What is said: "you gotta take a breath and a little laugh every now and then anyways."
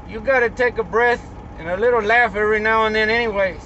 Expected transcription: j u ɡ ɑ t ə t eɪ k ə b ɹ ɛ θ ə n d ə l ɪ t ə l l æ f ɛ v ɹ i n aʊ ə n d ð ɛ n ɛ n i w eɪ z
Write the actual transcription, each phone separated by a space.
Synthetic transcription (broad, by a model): j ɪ ɡ ɑ t ə t eɪ k ə b ɹ ɛ θ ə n ə l ɪ t l l æ f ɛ ɹ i n aʊ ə n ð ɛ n ɛ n i w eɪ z